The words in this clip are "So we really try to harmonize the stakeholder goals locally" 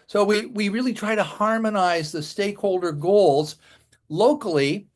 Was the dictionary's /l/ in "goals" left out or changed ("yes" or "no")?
no